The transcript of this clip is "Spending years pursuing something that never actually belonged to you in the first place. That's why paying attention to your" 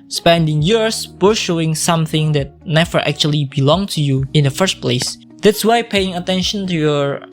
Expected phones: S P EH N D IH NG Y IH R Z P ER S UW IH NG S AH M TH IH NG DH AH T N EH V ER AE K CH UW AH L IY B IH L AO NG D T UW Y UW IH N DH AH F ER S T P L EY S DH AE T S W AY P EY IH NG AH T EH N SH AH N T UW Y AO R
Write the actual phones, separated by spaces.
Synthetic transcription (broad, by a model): S P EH N D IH NG Y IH R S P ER SH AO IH NG S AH M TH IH NG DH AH T N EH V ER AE K CH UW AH L IY B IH L AO NG T UW Y UW IH N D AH F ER S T P L EY S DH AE T S W AY P EY IH NG AH T EH N SH AH N T UW Y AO R